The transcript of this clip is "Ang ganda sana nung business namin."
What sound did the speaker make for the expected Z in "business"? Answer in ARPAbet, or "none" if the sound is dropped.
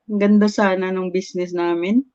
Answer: S